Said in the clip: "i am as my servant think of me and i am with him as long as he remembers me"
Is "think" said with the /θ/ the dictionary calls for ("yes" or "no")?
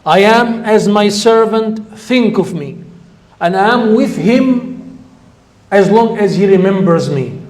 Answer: yes